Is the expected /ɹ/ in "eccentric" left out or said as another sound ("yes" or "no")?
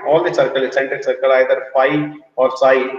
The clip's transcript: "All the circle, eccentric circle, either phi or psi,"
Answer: yes